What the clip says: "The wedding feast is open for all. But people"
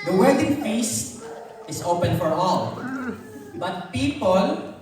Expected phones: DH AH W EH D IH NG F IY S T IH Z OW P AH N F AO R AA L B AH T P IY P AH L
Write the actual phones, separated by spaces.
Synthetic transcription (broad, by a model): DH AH W EH D IH NG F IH S IH S OW P AH N F AO R AA L B AH T P IY P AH L